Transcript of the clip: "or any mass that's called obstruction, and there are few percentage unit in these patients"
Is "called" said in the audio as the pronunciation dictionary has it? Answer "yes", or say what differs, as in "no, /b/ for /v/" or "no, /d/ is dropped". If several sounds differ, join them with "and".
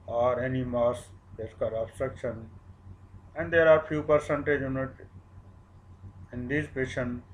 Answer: no, /l/ is dropped